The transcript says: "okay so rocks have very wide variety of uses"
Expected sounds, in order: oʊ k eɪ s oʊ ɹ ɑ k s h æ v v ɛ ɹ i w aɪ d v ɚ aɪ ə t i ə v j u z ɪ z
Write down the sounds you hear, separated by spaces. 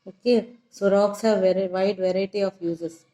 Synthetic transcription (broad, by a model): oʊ k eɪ s oʊ ɹ ɑ k s h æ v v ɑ i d v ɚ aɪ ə t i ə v j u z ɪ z